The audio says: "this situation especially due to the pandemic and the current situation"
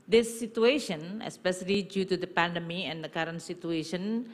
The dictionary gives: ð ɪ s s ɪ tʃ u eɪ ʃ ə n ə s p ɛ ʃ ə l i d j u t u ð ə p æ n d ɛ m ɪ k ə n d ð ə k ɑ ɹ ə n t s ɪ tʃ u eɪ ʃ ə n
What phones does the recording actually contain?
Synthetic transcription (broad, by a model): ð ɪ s s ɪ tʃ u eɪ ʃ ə n ə s p ɛ ʃ ə l i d j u t u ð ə p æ n d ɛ m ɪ ə n d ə k ɑ ɹ ə n t s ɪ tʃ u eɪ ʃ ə n